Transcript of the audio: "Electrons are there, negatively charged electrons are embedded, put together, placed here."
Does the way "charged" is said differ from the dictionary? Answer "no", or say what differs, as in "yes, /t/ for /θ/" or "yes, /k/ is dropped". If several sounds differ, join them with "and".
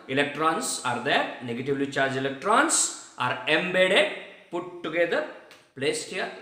yes, /d/ is dropped